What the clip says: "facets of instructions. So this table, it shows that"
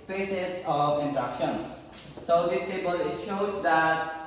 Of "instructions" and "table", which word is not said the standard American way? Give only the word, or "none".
instructions